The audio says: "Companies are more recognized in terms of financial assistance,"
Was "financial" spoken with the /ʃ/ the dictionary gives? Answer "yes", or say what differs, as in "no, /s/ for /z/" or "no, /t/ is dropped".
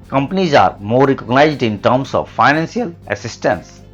no, /s/ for /ʃ/